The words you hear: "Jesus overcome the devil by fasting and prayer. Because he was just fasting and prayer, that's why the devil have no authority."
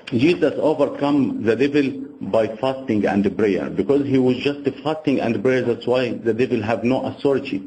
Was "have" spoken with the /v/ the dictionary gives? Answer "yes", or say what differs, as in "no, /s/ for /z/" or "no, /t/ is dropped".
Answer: yes